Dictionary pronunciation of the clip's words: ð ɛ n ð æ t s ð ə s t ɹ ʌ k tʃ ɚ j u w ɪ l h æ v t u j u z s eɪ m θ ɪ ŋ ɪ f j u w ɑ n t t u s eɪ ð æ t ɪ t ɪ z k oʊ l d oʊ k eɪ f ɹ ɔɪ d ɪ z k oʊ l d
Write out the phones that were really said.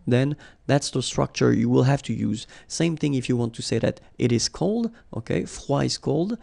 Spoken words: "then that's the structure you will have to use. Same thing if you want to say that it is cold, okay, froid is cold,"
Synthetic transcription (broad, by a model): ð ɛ n ð æ t s ð ə s t ɹ ʌ k tʃ ɚ j u w ɪ l h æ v t u j u z s eɪ m θ ɪ ŋ ɪ f j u w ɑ n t t u s eɪ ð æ t ɪ t ɪ z k oʊ l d oʊ k eɪ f w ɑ ɪ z k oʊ l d